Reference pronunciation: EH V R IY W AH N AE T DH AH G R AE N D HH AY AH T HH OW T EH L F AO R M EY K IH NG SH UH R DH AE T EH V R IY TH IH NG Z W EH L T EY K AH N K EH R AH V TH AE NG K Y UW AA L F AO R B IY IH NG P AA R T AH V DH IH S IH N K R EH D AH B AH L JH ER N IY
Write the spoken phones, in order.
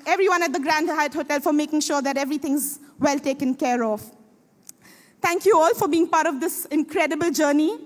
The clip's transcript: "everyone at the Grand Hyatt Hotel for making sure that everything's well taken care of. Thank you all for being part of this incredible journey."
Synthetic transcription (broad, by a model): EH V R IY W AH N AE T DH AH G R AE N D HH AY AH T HH OW T EH L F AO R M EY K IH NG SH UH R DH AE T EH V R IY T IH NG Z W EH L T EY K AH N K EH R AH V T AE NG K Y UW AA L F AO R B IY IH NG P AA R T AH V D IH S IH N K R EH D AH B AH L JH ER N IY